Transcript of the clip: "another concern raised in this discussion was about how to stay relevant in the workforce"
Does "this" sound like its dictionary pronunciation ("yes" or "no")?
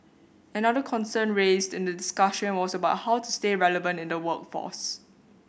no